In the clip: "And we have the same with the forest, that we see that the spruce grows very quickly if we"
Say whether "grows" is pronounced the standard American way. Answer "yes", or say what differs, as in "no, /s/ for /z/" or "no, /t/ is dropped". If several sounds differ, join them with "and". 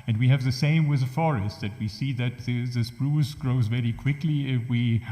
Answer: yes